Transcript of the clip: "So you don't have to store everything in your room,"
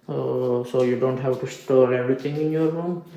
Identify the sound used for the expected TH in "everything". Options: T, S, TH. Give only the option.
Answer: T